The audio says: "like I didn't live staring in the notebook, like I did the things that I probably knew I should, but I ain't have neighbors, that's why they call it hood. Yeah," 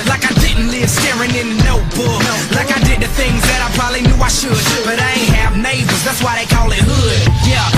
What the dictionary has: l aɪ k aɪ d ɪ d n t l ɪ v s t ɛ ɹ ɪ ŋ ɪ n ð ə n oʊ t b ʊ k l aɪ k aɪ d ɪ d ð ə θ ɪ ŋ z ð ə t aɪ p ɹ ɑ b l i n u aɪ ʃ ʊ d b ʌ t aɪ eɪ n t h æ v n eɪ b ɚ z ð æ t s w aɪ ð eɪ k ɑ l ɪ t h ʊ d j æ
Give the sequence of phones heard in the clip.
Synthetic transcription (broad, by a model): l aɪ k aɪ d ɪ d n t l ɪ v s t ɛ ɹ ɪ ŋ ɪ n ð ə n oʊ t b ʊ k l aɪ k aɪ d ɪ d ð ə θ ɪ ŋ z ð ə t aɪ p ɹ ɑ b l i n u aɪ ʃ ʊ d b ʌ t aɪ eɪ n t h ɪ v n eɪ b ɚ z ð æ t s w aɪ ð eɪ k ɑ l ɪ t h ʊ d j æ